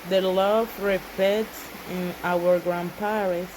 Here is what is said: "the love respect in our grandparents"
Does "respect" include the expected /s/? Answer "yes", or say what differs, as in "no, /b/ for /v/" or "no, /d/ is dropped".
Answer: no, /s/ is dropped